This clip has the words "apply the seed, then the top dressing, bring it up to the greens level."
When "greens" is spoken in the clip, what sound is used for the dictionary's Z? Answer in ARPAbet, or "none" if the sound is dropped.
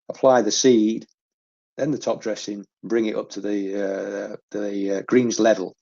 Z